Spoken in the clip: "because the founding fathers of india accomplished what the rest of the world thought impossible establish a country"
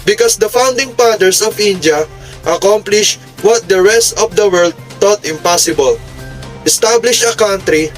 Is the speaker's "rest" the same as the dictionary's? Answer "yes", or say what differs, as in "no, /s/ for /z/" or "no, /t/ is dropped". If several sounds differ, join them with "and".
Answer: yes